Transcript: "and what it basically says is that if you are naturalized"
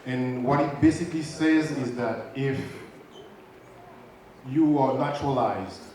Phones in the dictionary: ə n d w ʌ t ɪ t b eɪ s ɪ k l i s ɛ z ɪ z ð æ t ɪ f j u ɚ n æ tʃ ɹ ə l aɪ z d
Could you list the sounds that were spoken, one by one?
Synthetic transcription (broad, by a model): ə n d w ʌ t ɪ t b eɪ s ɪ k l i s ɛ z ɪ z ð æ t ɪ f j u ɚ n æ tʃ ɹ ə l aɪ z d